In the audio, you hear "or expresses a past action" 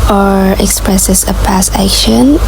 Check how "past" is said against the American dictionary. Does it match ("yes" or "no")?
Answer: no